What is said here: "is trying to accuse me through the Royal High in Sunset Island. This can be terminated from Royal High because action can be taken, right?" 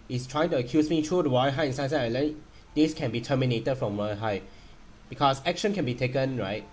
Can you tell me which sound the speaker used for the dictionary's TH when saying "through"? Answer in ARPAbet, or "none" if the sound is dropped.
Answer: T